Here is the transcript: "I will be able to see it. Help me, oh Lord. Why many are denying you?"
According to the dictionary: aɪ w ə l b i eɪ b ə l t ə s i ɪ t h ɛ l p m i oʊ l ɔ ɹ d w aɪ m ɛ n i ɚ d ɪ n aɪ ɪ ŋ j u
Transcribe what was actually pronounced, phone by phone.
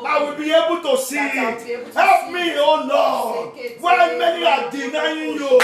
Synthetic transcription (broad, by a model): aɪ w ə l b i eɪ b ə l t ə s i ɪ t h ɛ l p m i oʊ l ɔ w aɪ m ɛ n i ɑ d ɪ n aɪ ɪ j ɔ